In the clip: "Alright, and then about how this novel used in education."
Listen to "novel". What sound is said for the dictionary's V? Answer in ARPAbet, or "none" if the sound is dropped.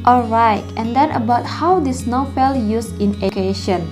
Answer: F